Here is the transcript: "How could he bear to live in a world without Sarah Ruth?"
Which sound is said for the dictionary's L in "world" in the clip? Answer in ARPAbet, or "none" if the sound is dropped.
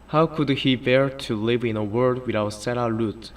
none